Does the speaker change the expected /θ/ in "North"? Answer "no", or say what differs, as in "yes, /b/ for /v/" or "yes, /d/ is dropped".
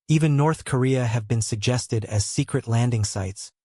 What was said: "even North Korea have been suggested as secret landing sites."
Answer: no